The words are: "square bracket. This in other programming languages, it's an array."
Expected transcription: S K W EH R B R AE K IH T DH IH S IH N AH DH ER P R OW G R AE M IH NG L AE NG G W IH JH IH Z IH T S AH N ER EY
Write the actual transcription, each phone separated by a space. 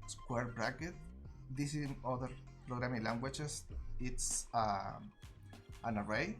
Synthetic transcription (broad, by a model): S K W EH R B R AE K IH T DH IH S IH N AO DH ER P R OW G R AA M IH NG L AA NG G W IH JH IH S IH T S AH N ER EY